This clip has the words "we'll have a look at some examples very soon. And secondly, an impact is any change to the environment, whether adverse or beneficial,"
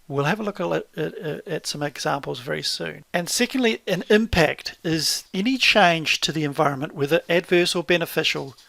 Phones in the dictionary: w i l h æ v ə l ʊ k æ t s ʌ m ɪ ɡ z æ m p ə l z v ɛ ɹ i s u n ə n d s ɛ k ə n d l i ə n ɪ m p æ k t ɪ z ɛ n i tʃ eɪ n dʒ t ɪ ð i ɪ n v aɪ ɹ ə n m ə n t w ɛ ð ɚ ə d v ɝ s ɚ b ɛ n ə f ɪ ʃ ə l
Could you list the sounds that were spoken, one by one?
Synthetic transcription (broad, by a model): w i l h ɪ v ə l ʊ k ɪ t s ʌ m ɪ ɡ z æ m p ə l z v ɛ ɹ i s u n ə n s ɛ k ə n d l i ə n ɪ m p æ k t ɪ z ɛ n i tʃ eɪ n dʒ t ɪ ð i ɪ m v aɪ ɹ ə n m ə n t w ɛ ð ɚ ə d v ɝ s ɚ b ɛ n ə f ɪ ʃ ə l